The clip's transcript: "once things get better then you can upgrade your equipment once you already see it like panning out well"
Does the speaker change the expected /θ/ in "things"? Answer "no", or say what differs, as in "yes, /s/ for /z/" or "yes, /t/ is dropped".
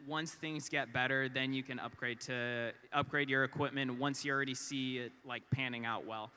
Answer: no